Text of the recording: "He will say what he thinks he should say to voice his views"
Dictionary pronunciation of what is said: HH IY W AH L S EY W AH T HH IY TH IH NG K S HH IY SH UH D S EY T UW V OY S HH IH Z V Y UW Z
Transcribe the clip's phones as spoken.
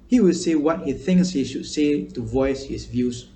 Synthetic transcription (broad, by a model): HH IY W AH L S EY W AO T HH IY TH IH NG K S HH IY SH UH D S EY T UW V OY S HH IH S V Y UW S